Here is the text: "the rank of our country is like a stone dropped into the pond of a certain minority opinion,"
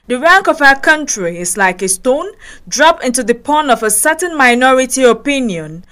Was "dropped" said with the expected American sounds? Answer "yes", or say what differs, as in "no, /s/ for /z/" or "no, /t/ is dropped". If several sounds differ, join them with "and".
no, /t/ is dropped